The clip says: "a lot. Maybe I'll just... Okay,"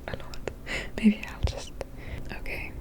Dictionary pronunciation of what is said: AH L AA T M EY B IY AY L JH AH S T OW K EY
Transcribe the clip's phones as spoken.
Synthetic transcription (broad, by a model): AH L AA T M EY B IY AY L JH AH S T OW K EY